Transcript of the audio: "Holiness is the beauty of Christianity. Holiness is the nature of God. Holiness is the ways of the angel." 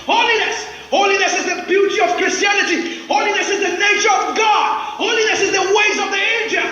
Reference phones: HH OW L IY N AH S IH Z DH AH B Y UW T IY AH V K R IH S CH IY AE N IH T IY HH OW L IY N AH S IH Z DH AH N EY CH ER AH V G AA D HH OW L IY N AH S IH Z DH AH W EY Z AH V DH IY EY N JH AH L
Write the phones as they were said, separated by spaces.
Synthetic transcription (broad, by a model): HH OW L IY N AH S IH Z DH AH B Y UW T IY AH V K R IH S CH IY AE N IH T IY HH OW L IY N AH S IH Z DH AH N EY CH ER AH V G AA D HH OW L IY N AH S IH Z DH AH W EY Z AH V DH IY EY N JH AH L